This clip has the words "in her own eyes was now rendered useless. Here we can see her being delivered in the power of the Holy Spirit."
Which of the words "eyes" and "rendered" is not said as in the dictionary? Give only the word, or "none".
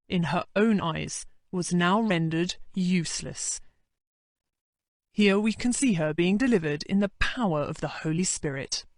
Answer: none